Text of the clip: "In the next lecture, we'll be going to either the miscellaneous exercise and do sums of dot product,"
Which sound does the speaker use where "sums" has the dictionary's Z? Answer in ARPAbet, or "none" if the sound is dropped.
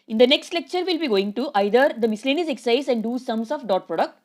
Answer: S